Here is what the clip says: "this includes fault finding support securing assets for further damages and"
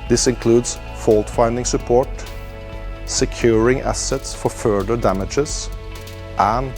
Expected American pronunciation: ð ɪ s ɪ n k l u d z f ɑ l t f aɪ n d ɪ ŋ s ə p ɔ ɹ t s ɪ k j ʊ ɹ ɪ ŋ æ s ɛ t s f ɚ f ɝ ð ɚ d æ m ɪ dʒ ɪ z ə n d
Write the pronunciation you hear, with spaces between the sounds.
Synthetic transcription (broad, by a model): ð ɪ s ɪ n k l u d s f ɑ l t f aɪ n d ɪ ŋ s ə p ɔ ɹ t s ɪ k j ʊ ɹ ɪ ŋ æ s ɛ t s f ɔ f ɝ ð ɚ d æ m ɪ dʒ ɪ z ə n